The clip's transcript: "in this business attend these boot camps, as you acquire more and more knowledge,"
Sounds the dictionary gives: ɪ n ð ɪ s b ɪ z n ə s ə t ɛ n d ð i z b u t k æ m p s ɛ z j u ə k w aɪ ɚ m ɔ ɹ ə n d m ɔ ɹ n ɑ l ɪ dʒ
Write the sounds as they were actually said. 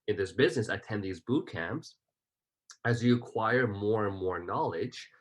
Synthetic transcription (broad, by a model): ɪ n ð ɪ s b ɪ z n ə s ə t ɛ n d ð i z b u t k æ m p s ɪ z j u ə k w aɪ ɚ m ɔ ɹ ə n m ɔ ɹ n ɑ l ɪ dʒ